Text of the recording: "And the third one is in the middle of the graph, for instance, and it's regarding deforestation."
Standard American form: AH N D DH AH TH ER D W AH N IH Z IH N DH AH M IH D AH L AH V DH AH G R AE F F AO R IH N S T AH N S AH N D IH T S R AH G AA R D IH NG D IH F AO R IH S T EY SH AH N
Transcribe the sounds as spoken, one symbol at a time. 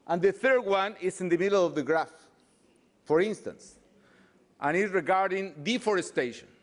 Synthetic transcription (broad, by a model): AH N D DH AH TH ER D W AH N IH S IH N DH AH M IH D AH L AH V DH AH G R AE F F AO R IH N S T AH N S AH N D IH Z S R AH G AA R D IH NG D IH F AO R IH S T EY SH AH N